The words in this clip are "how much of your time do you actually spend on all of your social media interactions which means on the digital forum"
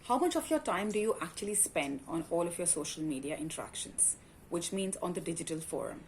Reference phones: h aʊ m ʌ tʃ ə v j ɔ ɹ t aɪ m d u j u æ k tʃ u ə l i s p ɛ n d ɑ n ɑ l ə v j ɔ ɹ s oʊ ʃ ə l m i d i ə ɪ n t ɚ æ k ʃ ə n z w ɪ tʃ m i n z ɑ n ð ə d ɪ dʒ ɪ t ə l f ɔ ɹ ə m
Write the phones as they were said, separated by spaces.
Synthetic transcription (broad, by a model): h aʊ m ʌ tʃ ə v j ɔ ɹ t aɪ m d u j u æ k tʃ u ə l i s p ɛ n d ɑ n ɑ l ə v j ɔ ɹ s oʊ ʃ ə l m i d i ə ɪ n t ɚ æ k ʃ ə n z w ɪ tʃ m i n z ɑ n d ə d ɪ dʒ ɪ t ə l f ɔ ɹ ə m